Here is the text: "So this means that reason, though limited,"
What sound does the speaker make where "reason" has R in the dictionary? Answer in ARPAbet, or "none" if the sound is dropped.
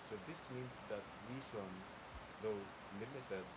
W